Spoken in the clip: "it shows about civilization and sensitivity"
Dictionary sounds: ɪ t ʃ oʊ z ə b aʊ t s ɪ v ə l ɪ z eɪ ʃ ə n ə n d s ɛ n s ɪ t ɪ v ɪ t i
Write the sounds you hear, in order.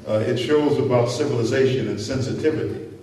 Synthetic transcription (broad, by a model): ɪ t ʃ oʊ z ə b aʊ t s ɪ v ə l ɪ z eɪ ʃ ə n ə n s ɛ n s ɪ t ɪ v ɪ t i